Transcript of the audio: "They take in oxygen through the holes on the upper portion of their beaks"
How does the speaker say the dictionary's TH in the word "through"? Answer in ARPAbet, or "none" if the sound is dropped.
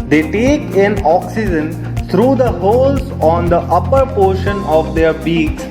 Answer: T